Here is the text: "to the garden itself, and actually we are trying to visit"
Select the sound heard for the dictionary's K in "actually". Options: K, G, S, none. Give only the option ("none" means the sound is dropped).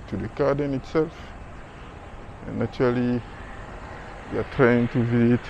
none